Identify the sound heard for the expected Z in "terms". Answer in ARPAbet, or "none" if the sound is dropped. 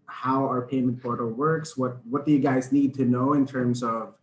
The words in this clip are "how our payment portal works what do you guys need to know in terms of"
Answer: S